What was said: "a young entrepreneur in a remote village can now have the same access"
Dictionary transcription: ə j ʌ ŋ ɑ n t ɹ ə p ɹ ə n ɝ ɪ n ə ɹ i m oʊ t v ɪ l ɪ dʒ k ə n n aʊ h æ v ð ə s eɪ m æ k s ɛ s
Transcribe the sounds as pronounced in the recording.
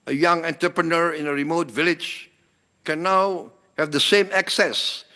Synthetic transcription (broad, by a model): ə j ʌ ŋ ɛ n t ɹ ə p ɹ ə n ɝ ɪ n ə ɹ i m oʊ t v ɪ l ɪ dʒ k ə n n aʊ h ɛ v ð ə s eɪ m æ k s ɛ s